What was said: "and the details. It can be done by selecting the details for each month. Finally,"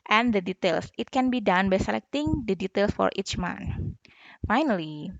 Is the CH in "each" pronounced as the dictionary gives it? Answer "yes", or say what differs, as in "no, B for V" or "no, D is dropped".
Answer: yes